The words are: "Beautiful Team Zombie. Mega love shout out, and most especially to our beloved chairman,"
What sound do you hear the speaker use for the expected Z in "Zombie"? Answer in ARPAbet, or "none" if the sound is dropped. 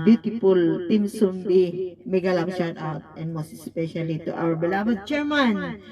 S